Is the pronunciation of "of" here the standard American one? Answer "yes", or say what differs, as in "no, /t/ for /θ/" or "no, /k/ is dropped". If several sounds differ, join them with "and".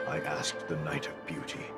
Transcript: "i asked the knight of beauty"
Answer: yes